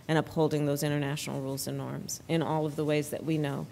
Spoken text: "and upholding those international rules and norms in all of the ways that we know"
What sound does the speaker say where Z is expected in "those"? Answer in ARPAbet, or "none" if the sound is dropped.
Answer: Z